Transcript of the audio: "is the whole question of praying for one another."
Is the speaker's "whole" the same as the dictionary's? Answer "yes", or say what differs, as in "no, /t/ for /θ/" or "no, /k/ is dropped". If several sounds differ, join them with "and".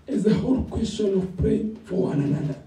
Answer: yes